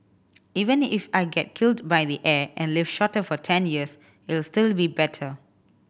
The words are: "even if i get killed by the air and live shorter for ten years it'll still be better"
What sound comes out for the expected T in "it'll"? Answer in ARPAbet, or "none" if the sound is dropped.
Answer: S